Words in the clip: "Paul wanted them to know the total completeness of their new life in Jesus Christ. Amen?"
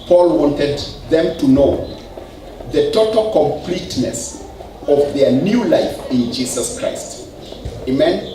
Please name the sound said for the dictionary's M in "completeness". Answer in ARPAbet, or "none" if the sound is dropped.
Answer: M